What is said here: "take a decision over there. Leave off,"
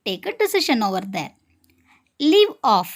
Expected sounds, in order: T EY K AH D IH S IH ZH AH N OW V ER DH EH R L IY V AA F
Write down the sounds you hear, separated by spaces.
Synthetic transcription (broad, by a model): T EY K AH D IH S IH SH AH N OW V ER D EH R L IY V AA F